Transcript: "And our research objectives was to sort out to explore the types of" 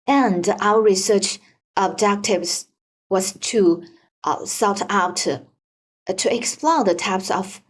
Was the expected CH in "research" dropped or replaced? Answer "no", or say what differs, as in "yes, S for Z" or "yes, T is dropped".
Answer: no